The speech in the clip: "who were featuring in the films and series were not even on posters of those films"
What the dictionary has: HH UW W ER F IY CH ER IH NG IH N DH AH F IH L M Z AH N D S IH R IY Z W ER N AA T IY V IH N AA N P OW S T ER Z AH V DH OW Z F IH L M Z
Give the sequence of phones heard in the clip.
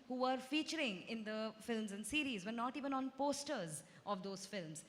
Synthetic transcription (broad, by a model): HH UW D F IY CH ER IH NG IH N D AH F IH L M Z AH N D S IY R IY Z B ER N AA T IY V IH N AA N P OW S T ER Z AH V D OW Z F IH L M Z